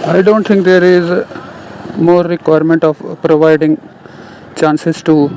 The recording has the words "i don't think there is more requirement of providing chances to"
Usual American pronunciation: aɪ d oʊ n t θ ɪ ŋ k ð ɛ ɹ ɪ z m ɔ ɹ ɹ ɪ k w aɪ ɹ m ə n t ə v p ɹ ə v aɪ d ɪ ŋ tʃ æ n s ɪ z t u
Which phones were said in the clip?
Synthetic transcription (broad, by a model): aɪ d oʊ n t t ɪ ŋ k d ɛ ɹ ɪ z m ɔ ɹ ɹ ɪ k w aɪ ɹ m ə n t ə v p ɹ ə v aɪ d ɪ ŋ tʃ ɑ n s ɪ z t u